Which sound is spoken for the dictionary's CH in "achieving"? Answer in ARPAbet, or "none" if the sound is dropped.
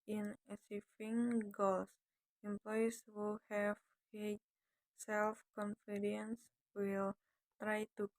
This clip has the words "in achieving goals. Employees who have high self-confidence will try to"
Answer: S